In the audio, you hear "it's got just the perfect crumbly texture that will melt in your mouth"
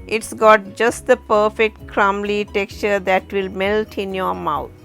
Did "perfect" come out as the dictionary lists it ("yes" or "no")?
yes